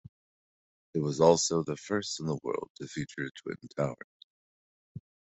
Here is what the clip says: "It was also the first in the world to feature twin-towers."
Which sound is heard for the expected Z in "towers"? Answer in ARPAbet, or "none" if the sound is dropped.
none